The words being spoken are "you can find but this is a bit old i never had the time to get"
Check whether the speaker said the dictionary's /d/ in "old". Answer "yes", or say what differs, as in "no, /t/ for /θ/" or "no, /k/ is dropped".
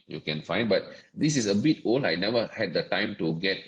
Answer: no, /d/ is dropped